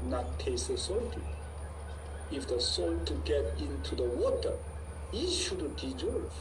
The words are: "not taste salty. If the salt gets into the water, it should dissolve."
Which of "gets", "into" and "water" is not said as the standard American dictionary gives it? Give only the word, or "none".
gets